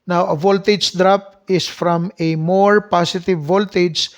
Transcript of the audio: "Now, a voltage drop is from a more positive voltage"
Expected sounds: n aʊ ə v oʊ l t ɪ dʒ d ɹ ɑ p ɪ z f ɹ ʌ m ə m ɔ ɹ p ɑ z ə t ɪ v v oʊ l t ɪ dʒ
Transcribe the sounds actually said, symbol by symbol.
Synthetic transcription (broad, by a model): n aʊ ə v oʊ l t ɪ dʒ d ɹ ɑ p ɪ s f ɹ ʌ m ə m ɔ ɹ p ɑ s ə t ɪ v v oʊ l t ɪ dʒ